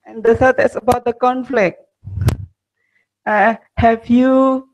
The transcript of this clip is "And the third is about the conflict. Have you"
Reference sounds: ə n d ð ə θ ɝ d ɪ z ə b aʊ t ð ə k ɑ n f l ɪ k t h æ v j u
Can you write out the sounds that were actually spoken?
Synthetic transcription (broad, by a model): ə n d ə s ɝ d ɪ s ə b aʊ t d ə k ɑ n f l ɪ k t h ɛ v j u